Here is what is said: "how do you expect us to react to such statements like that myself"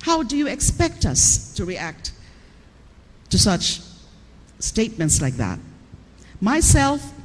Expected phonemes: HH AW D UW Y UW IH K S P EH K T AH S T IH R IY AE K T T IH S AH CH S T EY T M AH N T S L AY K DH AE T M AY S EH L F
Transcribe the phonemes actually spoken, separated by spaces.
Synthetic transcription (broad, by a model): HH AW D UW Y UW IH K S P EH K T AH S T IH R IY AE K T T IH S AH CH S T EY T M AH N T S L AY K DH AE T M AY S EH L F